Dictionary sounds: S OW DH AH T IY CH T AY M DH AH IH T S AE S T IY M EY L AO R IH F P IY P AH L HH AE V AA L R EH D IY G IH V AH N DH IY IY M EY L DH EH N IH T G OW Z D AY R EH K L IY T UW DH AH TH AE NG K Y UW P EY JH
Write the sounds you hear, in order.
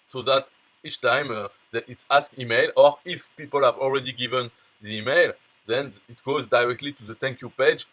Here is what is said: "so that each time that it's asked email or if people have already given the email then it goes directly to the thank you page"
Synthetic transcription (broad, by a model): S OW DH AH T IY CH T AY M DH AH IH T S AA S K IY M EY L AO R IH F P IY P AH L HH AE V AA L R EH D IY G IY V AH N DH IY IY M EY L DH EH N IH T G OW Z D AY R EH K L IY T UW DH AH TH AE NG K Y UW P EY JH